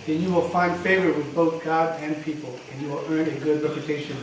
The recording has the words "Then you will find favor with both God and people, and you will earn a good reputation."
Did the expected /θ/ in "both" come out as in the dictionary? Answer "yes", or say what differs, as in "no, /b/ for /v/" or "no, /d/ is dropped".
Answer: yes